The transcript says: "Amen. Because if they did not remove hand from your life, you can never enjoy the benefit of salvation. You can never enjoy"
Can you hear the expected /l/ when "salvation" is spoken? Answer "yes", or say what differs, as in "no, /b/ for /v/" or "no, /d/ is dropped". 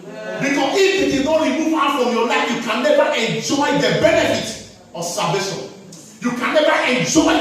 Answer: no, /l/ is dropped